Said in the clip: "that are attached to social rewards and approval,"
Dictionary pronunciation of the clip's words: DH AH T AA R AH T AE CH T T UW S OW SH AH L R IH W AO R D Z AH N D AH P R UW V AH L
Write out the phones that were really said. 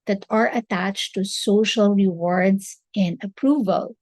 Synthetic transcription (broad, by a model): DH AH T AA R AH T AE CH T T UW S OW SH AH L R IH W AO R D S AH N D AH P R UW V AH L